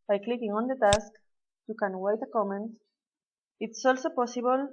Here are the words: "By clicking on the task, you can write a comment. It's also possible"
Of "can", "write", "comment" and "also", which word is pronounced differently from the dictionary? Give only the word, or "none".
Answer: write